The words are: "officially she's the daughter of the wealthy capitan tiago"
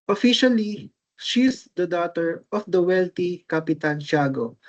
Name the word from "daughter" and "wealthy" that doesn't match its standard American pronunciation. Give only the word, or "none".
wealthy